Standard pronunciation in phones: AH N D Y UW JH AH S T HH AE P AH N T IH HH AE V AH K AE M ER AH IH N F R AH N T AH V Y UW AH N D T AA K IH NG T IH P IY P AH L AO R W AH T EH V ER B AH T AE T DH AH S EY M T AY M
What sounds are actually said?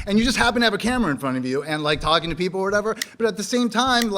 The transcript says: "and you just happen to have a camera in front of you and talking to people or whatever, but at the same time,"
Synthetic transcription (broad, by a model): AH N Y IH JH AH S T HH AE P AH N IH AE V AH K AE M ER AH IH N F R AH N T AH V Y UW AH N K T AA K IH NG T IH P IY P L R W AH T EH V ER B AH T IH T DH AH S EY M T AY M